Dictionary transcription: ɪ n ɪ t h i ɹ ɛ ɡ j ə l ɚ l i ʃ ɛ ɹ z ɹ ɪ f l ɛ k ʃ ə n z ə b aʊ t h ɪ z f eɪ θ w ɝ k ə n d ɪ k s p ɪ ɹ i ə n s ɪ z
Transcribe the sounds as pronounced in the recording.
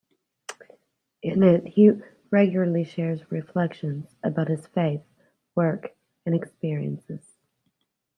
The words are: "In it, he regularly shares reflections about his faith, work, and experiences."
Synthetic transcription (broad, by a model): ɪ n ɪ t h i ɹ ɛ ɡ j l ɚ l i ʃ ɛ ɹ z ɹ ɪ f l ɛ k ʃ ə n z ə b aʊ t h ɪ z f eɪ θ w ɝ k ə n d ɪ k s p ɪ ɹ i ə n s ɪ z